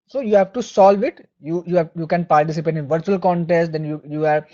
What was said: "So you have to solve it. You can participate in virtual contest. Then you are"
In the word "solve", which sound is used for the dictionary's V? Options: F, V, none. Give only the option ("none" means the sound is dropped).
V